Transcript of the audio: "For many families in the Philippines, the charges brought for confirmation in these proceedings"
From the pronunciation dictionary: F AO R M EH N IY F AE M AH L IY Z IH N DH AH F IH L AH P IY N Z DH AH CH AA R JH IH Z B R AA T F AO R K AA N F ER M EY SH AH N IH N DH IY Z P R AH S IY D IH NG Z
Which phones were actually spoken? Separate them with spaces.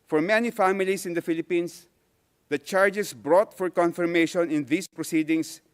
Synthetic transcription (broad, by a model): F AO R M EH N IY F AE M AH L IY S IH N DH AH F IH L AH P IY N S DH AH CH AA R JH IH S B R AA T F AO R K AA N F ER M EY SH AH N IH N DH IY S P R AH S IY D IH NG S